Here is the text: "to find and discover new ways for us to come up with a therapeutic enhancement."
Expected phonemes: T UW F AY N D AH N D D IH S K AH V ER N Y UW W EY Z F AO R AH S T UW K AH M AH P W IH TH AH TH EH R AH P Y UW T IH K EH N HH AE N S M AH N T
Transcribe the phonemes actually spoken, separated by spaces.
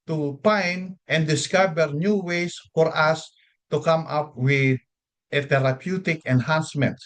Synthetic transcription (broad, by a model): T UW P AY N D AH N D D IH S K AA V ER N Y UW W EY S F AO R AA S T UW K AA M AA P W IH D AH T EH R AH P Y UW T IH K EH N HH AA N S M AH N T